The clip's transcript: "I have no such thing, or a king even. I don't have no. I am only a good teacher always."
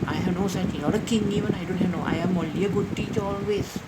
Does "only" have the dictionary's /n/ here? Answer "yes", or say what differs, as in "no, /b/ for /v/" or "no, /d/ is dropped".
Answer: no, /n/ is dropped